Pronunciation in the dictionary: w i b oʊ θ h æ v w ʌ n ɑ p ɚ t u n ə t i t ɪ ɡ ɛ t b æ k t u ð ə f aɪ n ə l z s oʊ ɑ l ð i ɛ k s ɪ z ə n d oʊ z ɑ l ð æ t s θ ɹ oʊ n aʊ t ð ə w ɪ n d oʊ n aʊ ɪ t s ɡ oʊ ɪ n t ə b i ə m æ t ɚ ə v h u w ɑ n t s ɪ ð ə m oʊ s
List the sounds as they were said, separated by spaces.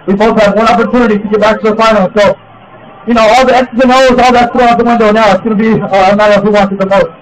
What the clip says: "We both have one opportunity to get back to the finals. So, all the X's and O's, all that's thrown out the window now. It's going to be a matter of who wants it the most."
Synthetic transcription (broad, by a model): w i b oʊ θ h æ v w ʌ n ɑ p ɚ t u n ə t i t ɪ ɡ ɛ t b æ k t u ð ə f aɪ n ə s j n oʊ ɑ l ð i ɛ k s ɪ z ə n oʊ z ɑ l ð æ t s t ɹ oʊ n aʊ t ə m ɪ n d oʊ n aʊ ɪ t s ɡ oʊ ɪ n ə b i ə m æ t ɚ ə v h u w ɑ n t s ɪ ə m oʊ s